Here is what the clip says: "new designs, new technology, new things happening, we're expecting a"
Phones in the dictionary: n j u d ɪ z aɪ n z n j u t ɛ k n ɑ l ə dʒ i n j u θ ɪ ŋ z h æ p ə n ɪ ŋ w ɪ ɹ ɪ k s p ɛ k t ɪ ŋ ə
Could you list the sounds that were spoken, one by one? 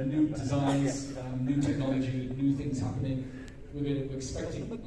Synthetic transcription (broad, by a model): n j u d ɪ z aɪ n z n j u t ɛ k n ɑ l ə dʒ i n j u θ ɪ ŋ z h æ p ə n ɪ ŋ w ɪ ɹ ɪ k s p ɛ k t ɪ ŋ